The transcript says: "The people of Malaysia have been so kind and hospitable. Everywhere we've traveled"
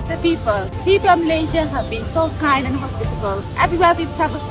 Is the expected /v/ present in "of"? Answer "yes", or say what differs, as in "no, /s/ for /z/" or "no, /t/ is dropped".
no, /p/ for /v/